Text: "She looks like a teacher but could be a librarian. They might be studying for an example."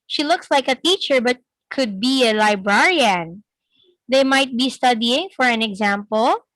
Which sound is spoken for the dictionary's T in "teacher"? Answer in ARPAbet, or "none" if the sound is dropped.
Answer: T